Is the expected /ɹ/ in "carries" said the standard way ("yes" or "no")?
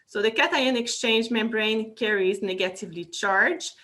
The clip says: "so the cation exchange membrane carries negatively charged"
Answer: yes